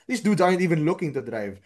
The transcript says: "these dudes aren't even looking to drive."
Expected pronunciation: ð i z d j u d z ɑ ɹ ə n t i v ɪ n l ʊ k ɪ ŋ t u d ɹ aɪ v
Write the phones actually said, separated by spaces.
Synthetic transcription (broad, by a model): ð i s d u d ɑ ə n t i v ɪ n l ʊ k ɪ ŋ t u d ɹ aɪ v